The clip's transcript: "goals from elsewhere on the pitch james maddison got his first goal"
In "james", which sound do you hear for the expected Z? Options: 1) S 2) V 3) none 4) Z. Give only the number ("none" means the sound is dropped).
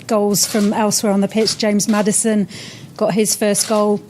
4